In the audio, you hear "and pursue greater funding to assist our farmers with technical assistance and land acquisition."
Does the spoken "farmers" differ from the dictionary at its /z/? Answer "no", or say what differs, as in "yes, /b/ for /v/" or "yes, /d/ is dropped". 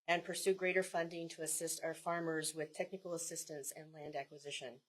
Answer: no